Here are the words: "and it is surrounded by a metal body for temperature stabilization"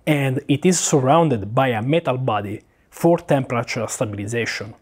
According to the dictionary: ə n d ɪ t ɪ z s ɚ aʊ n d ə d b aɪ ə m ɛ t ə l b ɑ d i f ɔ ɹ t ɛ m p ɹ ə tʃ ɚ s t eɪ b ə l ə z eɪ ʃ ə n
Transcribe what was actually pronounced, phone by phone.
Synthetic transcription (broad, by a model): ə n d ɪ t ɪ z s ɚ aʊ n d ə d b aɪ ə m ɛ t ə l b ɑ d i f ɔ ɹ t ɛ m p ɹ ə tʃ ɚ s t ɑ b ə l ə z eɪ ʃ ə n